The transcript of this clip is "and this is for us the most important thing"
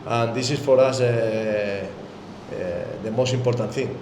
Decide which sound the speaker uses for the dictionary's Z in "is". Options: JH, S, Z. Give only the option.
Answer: S